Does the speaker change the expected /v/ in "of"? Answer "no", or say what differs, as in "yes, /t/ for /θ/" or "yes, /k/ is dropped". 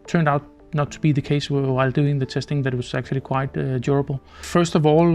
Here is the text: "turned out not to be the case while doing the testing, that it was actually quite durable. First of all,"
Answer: no